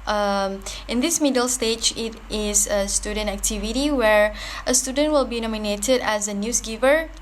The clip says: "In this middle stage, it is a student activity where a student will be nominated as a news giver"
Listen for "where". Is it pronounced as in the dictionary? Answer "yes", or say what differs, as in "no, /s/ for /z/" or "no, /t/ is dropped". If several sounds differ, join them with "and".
yes